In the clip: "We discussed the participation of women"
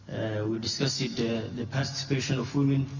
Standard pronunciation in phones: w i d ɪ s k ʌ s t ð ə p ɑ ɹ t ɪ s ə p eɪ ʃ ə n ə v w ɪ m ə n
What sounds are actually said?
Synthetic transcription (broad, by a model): w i d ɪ s k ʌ s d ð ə p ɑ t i s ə p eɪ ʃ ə n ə f w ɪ m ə n